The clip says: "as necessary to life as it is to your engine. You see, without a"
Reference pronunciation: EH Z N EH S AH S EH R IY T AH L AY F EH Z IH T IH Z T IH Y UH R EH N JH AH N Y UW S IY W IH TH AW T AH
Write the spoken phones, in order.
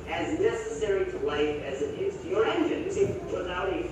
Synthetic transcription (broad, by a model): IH Z N EH S AH S EH R IY T AH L AY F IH Z IH T IH Z T IH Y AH R EH N JH AH N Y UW S IY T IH T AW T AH